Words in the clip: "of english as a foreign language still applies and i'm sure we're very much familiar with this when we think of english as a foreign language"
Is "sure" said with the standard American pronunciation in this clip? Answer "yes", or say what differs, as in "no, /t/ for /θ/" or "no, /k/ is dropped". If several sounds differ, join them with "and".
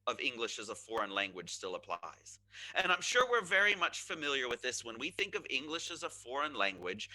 yes